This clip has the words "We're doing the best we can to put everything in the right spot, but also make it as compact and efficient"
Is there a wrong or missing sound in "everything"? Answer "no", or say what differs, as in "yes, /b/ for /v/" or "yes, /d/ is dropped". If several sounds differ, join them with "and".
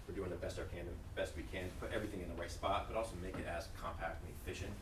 no